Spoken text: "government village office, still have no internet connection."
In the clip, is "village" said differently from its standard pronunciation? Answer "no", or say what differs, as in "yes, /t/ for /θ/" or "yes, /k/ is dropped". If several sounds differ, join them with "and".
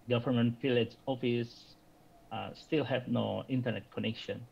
yes, /f/ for /v/